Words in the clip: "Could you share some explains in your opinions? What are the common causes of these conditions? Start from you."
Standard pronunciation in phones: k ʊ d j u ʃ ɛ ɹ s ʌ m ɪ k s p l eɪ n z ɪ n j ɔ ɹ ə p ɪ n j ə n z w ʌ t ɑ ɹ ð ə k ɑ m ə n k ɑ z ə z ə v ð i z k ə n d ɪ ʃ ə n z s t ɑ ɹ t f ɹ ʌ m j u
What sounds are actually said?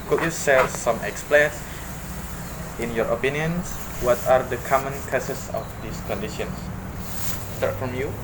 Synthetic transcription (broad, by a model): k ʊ j u s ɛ l s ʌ m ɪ k s p l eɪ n s ɪ n j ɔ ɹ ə p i n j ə n s w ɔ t ɑ ɹ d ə k ɑ m ə n k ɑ s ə s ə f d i s k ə n d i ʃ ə n s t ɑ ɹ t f ɹ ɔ m j u